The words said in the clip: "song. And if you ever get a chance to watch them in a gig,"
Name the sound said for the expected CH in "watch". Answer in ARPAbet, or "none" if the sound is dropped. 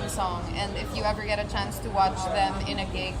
CH